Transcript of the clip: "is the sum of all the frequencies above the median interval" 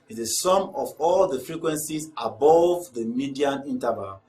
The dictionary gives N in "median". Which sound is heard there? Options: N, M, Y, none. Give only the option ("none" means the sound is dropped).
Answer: N